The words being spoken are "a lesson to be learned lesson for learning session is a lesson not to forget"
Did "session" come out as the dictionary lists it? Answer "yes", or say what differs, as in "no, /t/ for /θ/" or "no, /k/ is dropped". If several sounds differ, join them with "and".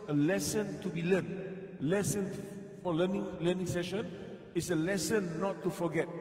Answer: yes